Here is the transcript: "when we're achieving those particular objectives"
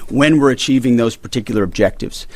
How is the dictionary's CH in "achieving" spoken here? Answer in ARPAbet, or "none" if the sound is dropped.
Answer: CH